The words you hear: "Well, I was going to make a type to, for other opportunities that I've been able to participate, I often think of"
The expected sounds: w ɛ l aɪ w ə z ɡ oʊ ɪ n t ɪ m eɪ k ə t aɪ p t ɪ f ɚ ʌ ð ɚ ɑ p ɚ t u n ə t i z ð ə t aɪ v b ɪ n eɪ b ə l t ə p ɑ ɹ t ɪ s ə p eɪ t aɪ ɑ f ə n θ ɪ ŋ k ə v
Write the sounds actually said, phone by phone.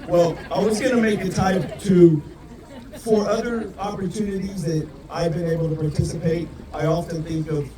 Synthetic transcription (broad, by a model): w ɛ l aɪ w ə z ɡ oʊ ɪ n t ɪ m eɪ k ə t aɪ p t ɪ f ɚ ʌ ð ɚ ɑ p ɚ t u n ə t i z ð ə t aɪ v b ɪ n eɪ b l t ə p ɑ ɹ t ɪ s ə p eɪ t aɪ ɑ f ə n θ ɪ ŋ k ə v